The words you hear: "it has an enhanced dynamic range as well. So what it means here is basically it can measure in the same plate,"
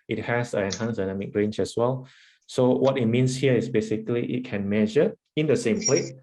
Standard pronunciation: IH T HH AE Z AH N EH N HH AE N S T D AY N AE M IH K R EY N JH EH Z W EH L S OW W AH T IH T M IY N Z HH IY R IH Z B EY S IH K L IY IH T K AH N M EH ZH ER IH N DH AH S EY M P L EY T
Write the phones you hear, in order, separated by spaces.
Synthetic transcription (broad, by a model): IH T HH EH S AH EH N HH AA N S D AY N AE M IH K R EY N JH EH S W EH L S OW W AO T IH T M IY N S HH IY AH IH S B EY S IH K L IY IH T K AH N M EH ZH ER IH N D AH S EY M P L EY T